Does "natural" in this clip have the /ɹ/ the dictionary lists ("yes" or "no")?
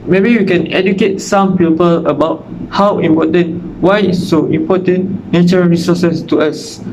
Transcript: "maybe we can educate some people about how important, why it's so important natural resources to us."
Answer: no